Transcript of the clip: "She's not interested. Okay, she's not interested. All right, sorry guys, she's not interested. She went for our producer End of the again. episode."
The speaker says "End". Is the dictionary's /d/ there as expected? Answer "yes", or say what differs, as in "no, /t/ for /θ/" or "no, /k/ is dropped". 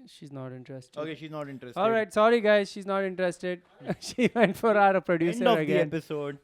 no, /d/ is dropped